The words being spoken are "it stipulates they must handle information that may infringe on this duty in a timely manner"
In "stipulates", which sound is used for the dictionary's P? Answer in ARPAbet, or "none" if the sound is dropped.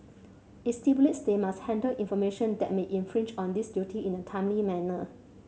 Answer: B